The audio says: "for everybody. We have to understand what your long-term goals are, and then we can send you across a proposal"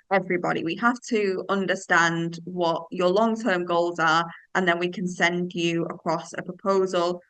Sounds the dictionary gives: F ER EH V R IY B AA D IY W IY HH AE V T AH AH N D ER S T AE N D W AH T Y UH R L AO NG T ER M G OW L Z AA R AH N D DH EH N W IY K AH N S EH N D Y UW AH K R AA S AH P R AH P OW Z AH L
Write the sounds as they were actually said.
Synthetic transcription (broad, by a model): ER EH V R IY B AA D IY W IY HH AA F T AH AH N D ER S T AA N D W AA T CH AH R L AO NG T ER M G OW L Z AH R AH N DH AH N W IY K AH N S EH N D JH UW AH K R AA S AH P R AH P OW Z AH L